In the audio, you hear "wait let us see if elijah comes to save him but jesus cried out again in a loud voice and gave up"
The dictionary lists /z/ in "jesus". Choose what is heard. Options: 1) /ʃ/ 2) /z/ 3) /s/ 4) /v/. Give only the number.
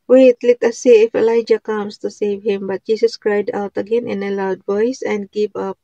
3